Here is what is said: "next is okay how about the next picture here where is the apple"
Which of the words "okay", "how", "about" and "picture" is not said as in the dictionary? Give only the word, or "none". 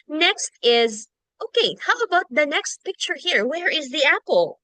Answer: none